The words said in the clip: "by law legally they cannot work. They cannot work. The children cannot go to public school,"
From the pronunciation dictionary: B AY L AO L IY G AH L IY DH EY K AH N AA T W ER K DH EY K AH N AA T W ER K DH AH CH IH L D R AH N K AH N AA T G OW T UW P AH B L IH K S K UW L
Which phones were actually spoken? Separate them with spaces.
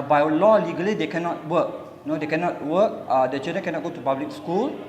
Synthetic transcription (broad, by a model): B AY L AO L IY G AH L IY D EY K AH N AA T W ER K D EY K AH N AA T W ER K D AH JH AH D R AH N K AH N AA T G OW T UW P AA B L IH K S K UW L